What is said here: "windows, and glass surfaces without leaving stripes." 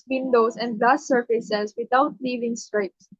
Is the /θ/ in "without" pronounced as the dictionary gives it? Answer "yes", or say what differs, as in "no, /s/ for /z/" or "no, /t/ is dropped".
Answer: no, /t/ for /θ/